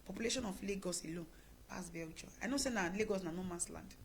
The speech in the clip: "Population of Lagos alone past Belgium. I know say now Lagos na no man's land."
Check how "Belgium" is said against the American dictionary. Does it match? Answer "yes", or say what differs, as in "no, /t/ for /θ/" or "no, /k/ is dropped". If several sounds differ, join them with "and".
no, /m/ is dropped